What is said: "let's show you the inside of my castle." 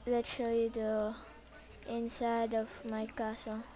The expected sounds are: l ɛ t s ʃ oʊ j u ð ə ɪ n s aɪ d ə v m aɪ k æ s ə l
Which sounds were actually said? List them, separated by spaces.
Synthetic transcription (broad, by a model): l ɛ t ʃ oʊ j u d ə ɪ n s aɪ d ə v m aɪ k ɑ s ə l